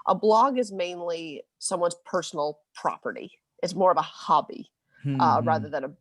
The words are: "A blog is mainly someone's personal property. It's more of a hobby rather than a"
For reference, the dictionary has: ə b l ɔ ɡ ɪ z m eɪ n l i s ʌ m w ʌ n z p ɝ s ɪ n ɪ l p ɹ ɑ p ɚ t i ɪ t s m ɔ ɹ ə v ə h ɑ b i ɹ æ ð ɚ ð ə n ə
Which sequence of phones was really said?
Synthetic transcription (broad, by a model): ə b l ɔ ɡ ɪ z m eɪ n l i s ʌ m w ʌ n z p ɝ s n l p ɹ ɑ p ɚ t i ɪ t s m ɔ ɹ ə v ə h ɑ b i ɹ æ ð ɚ ð ə n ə